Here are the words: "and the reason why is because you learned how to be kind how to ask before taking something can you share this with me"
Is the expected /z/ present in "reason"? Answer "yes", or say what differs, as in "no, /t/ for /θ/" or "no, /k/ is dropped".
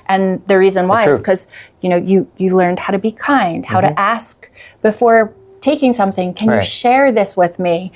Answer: yes